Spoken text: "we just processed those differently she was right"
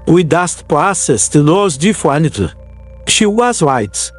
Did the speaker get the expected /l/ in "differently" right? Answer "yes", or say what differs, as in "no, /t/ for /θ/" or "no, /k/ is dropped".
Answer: no, /l/ is dropped